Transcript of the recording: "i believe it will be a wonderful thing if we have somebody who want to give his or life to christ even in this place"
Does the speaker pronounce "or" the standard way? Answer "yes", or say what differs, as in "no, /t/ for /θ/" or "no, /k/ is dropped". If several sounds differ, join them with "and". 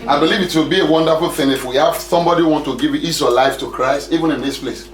no, /w/ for /ɹ/